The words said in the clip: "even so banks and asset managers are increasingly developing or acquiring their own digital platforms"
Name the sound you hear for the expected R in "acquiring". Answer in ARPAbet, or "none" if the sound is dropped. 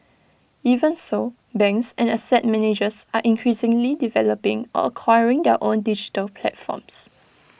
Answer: R